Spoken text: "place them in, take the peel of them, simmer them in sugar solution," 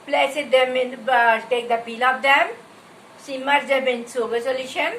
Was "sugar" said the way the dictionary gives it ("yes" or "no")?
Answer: no